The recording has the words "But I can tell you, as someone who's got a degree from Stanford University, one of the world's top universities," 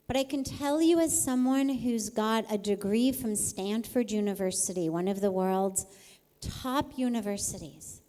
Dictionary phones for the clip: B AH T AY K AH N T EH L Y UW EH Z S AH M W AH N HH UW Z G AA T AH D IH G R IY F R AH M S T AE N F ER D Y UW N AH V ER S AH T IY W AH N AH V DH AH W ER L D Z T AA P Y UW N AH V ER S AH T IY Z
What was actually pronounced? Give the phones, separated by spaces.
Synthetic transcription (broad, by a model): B AH T AY K AH N T EH L Y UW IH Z S AH M W AH N HH UW Z G AA T AH D IH G R IY F R AH M S T AE N F ER D Y UW N AH V ER S AH T IY W AH N AH V DH AH W ER L D Z T AA P Y UW N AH V ER S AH T IY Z